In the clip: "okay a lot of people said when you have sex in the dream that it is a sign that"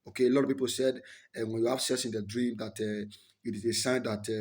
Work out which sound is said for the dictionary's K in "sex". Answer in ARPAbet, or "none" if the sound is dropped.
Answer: none